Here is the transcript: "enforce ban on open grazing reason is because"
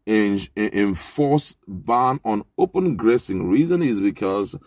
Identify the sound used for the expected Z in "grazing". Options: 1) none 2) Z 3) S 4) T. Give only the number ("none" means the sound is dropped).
3